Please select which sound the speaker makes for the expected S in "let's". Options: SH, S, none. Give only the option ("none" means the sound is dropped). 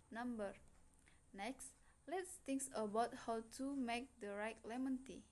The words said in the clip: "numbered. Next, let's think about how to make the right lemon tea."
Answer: S